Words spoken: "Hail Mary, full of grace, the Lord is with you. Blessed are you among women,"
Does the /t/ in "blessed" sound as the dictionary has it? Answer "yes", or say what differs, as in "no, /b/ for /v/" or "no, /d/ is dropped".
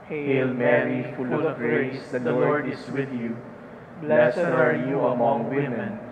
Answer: no, /t/ is dropped